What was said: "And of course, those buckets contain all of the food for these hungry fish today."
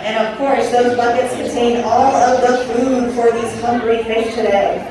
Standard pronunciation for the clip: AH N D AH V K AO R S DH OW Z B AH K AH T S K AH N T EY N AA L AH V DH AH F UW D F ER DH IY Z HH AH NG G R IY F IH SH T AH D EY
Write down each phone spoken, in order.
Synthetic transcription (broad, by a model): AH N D AH V K AO R S DH OW Z B AH K AH T S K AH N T EY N AA L AH V DH AH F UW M F ER DH IY Z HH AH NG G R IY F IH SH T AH D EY